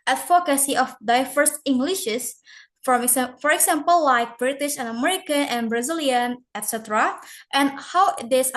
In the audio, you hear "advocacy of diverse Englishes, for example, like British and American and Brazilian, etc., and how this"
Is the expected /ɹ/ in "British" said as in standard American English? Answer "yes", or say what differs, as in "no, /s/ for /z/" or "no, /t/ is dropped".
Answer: yes